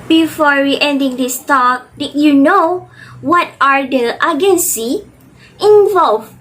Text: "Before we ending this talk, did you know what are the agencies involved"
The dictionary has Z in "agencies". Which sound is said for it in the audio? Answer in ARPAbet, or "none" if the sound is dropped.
none